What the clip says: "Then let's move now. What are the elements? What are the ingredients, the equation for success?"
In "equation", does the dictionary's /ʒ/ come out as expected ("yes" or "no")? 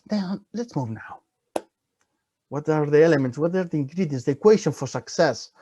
no